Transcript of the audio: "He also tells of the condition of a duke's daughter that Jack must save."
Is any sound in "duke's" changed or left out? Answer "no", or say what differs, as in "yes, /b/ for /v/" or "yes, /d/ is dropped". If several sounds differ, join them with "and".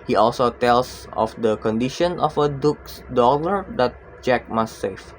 no